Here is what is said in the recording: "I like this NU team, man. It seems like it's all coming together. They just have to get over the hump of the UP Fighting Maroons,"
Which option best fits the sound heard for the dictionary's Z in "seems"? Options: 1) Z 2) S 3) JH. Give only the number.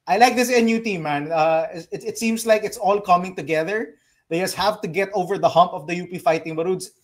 2